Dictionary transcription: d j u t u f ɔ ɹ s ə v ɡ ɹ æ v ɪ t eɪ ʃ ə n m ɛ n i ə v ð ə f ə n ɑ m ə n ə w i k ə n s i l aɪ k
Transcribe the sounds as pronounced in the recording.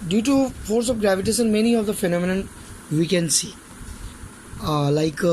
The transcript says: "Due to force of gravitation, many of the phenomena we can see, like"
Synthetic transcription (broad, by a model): d j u t u f ɔ ɹ s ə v ɡ ɹ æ v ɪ t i s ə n m ɛ n i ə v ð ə f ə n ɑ m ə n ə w i k ə n s i l aɪ k